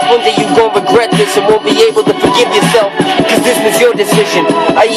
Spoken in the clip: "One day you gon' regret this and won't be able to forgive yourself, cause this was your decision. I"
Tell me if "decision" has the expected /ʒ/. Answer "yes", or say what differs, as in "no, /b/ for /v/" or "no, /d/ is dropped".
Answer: yes